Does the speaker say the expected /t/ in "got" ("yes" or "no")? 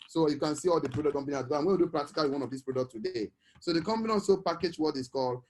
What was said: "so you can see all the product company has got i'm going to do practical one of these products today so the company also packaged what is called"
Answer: no